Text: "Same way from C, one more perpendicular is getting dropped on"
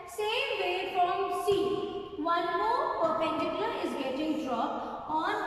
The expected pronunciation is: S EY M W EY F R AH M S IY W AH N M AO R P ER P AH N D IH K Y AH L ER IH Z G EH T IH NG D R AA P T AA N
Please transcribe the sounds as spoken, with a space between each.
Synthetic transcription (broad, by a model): S EY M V EY F R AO M S IY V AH N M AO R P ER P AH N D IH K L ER IH Z G EH T IH NG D R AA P AA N